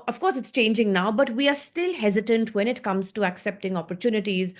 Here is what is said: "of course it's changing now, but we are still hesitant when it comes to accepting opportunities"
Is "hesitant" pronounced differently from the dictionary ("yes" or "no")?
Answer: no